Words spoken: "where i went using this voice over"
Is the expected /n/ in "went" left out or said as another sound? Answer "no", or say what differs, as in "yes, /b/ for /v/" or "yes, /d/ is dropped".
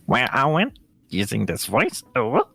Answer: no